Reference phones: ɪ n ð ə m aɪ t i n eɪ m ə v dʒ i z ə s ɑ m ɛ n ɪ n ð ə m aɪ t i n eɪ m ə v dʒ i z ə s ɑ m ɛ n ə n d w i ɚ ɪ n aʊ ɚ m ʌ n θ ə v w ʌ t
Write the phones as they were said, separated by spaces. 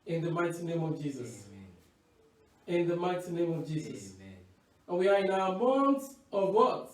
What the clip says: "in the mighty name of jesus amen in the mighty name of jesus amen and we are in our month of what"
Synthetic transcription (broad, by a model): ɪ n ð ə m aɪ t i n eɪ m ə v dʒ i z ə s ɪ n ð ə m aɪ t i n eɪ m ə v dʒ i z ə s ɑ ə n w i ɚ ɪ n aʊ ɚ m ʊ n s ə v w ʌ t